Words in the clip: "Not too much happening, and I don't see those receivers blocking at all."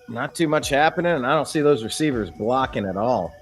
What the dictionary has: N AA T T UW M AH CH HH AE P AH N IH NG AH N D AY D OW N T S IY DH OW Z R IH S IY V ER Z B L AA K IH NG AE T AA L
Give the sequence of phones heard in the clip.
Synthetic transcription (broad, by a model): N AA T T UW M AH CH HH AE P AH N IH NG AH N AY D OW N T S IY DH OW Z R IH S IY V ER Z B L AA K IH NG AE T AA L